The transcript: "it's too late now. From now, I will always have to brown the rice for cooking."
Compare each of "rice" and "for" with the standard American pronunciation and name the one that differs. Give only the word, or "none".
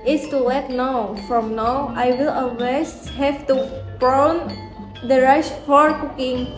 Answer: rice